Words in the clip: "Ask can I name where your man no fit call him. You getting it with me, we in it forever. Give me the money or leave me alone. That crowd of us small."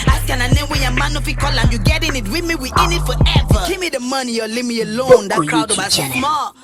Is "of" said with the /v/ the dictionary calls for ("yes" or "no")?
no